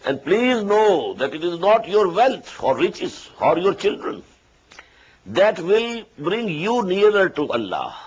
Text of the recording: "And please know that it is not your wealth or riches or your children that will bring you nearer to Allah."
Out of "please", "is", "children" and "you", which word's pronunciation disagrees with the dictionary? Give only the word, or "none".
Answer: none